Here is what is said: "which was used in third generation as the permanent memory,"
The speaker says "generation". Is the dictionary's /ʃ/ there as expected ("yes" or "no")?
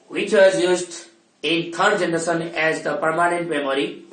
no